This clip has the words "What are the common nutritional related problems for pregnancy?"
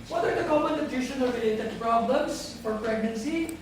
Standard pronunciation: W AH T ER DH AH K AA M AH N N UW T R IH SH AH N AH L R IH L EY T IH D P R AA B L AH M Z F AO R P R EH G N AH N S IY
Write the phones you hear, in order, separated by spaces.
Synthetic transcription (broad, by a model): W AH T ER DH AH K AA M AH N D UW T IH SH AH N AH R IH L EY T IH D P R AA B L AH M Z F AO R P R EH G N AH N S IY